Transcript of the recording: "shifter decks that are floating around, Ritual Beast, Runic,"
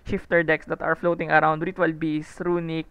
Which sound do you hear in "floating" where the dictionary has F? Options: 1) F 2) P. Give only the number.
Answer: 1